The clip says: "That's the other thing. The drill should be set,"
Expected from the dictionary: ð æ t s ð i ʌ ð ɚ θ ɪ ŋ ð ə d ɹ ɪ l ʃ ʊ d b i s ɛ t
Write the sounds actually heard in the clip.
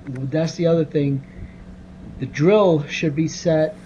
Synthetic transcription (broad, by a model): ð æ t s ð i ʌ ð ɚ θ ɪ ŋ ð ə d ɹ ɪ l ʃ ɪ d b i s ɛ t